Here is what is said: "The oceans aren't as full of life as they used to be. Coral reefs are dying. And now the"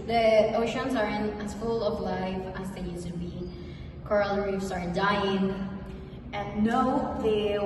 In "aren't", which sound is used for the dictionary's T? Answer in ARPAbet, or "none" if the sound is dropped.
none